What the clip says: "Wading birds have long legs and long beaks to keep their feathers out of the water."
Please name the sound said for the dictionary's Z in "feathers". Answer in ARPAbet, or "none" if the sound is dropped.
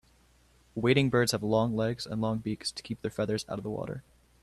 Z